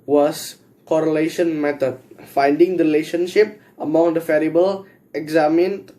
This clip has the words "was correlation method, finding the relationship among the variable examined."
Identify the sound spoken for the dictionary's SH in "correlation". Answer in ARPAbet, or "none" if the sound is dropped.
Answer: SH